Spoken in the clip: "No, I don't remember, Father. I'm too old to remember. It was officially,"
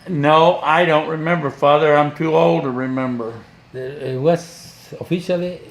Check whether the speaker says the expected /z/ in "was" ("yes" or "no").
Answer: no